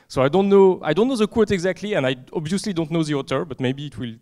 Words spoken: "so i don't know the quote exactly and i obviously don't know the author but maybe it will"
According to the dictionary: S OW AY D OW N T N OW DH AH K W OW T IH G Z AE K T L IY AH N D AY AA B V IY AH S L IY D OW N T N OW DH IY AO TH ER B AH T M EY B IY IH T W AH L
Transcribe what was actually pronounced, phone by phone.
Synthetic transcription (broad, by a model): S OW AY D OW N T N OW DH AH K W OW T IH G Z AE K T L IY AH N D AY AA B V IY AH S L IY D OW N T N OW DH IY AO T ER B AH T M EY B IY T W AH L